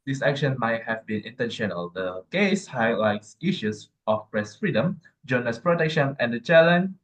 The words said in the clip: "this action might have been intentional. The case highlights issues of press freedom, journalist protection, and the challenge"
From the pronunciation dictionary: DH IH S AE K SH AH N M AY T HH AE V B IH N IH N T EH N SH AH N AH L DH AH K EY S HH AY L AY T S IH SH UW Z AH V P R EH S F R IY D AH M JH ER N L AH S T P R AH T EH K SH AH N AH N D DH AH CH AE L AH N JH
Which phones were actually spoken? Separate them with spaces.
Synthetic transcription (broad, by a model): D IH S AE K SH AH N M AY T HH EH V B IH N IH N T EH N SH AH N AH L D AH K EY S HH AY L AY T S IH SH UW S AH F P R EH S F R IY D AH M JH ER N AH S P R AH T EH K SH AH N AH N D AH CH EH L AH N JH